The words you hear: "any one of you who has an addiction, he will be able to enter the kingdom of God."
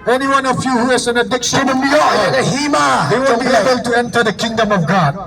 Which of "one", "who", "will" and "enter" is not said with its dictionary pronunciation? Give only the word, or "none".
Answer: will